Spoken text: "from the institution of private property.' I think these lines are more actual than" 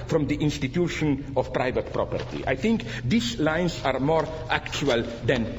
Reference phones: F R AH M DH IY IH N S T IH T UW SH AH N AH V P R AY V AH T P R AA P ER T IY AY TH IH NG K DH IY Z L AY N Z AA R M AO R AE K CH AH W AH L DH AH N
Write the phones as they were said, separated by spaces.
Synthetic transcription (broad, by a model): F R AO M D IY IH N S T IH T UW SH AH N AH F P R AY V AH T P R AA P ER T IY AY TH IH NG K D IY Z L AY N S AA R M AO R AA K CH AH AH L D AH N